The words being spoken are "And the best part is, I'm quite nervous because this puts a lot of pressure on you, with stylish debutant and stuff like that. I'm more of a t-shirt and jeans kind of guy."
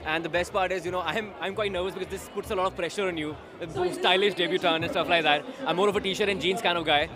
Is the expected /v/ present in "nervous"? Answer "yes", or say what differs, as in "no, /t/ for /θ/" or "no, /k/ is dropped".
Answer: yes